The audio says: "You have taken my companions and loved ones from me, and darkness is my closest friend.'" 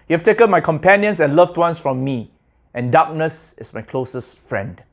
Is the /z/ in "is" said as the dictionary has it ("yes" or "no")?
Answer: no